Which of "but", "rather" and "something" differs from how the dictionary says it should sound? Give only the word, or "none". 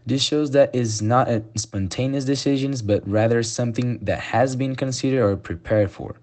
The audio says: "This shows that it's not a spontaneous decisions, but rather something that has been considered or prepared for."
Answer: none